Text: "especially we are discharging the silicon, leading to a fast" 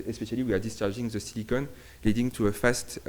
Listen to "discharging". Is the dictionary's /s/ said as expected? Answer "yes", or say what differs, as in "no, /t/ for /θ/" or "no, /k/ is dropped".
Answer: yes